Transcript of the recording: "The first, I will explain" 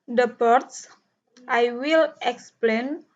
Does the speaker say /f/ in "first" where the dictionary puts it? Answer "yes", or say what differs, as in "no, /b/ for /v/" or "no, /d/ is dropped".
no, /p/ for /f/